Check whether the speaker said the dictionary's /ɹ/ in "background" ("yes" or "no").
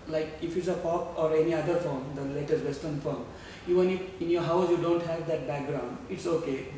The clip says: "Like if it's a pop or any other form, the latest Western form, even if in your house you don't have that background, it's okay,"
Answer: yes